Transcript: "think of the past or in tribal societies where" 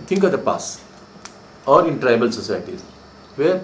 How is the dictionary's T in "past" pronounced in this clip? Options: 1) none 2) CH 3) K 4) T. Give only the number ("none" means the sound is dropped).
1